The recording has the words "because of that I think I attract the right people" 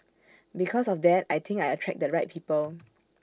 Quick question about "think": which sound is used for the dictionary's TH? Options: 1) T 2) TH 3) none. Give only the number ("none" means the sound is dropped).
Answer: 1